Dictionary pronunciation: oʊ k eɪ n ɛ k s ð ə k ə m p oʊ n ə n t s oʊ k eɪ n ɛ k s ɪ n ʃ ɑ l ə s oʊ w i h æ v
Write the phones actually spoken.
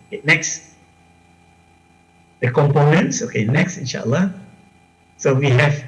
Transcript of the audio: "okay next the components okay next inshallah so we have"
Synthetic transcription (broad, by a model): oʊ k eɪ n ɛ k s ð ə k ə m p oʊ n ə n t s oʊ k eɪ n ɛ k s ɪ n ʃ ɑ l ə s oʊ w i h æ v